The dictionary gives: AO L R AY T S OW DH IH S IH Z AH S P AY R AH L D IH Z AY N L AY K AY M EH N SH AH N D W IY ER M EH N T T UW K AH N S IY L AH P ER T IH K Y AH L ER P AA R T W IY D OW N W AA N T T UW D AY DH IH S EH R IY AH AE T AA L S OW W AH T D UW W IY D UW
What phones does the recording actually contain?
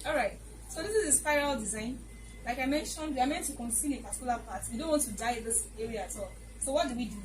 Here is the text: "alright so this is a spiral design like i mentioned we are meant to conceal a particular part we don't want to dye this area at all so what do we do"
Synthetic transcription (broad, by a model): AO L R AY T S OW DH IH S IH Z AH S P AY R AH L D IH Z AY N L AY K AY M EH N SH AH N D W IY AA M EH N T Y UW K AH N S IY N AH P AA T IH K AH L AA P AA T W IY D OW N W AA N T T UW D AY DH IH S EH R IY AH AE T AA L S OW W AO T D UW W IY D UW